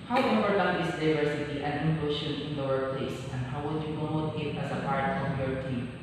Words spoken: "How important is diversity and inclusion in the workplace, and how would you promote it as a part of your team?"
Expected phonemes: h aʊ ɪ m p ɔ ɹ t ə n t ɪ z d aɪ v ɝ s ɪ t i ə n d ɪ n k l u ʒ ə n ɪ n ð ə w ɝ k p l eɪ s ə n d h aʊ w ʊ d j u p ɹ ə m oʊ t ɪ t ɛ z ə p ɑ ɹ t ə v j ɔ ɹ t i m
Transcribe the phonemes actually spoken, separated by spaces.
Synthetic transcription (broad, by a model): h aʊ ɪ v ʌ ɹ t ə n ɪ s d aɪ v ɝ s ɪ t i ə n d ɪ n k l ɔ ʃ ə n ɪ n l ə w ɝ p l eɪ s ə n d h aʊ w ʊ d j u p ɹ ə m oʊ t ɪ t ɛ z ə p ɑ ɹ t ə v j ɔ ɹ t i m